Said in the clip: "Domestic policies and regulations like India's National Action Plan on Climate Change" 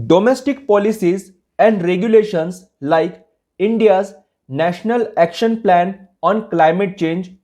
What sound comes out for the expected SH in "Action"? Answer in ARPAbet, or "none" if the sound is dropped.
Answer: SH